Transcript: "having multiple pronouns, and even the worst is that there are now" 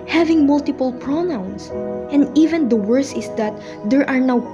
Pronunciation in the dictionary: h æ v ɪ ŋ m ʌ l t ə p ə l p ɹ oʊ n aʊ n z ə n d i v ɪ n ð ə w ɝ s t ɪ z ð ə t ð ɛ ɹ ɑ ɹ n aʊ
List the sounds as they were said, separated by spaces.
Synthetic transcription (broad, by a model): h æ v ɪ ŋ m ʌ l t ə p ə l p ɹ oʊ n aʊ n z ə n d i v ɪ n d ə w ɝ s ɪ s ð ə t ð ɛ ɹ ɑ ɹ n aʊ